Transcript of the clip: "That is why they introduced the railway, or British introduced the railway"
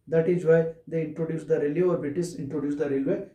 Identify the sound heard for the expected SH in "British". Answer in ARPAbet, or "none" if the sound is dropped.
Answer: S